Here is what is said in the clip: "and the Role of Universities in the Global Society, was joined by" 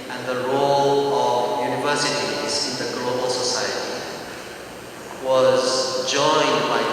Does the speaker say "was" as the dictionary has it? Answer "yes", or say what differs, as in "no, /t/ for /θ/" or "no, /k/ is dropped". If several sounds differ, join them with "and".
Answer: yes